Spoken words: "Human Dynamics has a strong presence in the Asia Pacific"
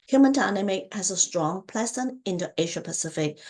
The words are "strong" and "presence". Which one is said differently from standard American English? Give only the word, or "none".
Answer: presence